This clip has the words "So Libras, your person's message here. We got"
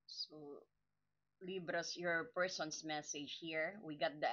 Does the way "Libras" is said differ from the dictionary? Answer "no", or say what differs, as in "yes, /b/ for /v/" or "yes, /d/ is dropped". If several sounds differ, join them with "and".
yes, /s/ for /z/